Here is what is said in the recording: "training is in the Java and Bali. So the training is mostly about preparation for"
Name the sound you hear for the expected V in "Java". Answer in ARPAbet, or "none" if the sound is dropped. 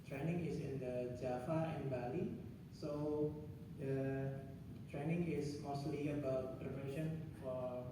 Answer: F